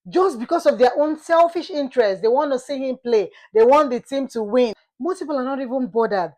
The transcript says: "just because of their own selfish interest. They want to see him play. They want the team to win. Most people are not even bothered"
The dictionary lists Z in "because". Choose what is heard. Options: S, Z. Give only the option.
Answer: S